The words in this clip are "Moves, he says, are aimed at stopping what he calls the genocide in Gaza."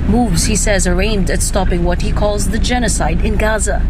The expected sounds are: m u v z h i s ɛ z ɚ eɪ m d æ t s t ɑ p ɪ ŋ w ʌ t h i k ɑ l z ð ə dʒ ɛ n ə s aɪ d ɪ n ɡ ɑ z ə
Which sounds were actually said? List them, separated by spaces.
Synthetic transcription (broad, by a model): m u v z h i s ɛ z ɚ eɪ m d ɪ t s t ɑ p ɪ ŋ w ʌ t h i k ɑ l z ð ə dʒ ɛ n ə s aɪ d ɪ n ɡ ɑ z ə